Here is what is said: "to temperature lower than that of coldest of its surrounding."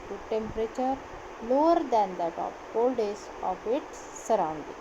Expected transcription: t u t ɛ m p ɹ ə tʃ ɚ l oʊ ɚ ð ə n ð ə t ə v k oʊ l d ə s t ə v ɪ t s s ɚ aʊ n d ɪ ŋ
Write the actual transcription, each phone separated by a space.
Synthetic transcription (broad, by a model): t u t ɛ m p ɹ ə tʃ ɚ l oʊ ɚ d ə n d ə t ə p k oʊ l d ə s ə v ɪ t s s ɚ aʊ n d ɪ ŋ